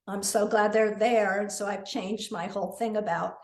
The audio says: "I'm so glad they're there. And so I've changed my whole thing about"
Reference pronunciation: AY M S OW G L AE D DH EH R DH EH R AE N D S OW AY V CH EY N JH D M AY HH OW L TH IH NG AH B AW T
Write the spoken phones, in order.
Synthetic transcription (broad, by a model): AY M S OW G L AE D DH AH R DH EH R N S OW AY V CH EY N JH D M AY HH OW L TH IH NG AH B AW T